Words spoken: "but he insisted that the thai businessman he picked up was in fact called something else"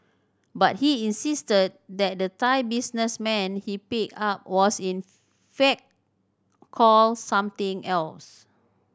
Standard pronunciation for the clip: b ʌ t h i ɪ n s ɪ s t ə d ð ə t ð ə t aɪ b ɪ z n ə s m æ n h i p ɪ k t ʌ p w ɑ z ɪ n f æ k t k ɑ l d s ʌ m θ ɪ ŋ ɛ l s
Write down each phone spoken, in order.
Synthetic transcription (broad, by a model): b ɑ t h i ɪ n s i s t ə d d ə t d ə t aɪ b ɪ s n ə s m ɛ n h i p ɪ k ɑ p w ɑ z ɪ n f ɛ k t k ɑ l s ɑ m t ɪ ŋ ɛ l s